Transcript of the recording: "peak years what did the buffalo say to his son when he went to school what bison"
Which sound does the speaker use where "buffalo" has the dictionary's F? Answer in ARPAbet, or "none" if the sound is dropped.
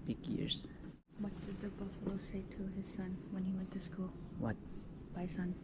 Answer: F